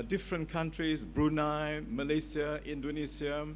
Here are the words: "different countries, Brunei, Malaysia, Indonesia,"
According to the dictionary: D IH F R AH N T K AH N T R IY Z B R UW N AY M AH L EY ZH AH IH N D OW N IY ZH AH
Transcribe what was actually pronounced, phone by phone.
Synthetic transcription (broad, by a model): D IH F R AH N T K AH N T R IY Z B R UW N AY M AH L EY S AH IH N D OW N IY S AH